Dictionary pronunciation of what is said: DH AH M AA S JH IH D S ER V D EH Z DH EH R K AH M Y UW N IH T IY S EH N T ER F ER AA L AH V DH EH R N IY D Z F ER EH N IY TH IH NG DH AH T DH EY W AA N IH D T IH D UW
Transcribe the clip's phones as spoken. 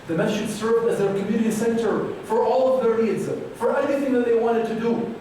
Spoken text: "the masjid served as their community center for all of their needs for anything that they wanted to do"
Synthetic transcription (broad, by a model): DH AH M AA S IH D S ER V D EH Z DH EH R K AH M Y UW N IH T IY S EH N T ER F ER AA L AH V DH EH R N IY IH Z F ER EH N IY TH IH NG DH AH T DH EY W AA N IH D T IH D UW